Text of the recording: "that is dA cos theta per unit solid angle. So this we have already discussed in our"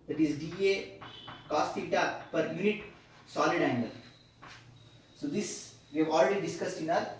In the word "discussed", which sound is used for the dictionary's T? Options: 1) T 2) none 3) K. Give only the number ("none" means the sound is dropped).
1